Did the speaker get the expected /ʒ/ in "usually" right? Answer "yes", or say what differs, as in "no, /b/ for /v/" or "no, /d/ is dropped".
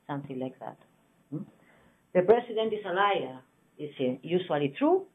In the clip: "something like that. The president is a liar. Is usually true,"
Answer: no, /ʃ/ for /ʒ/